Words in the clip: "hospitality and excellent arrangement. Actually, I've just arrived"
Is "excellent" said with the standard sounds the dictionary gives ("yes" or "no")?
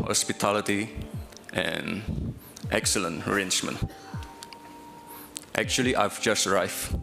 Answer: yes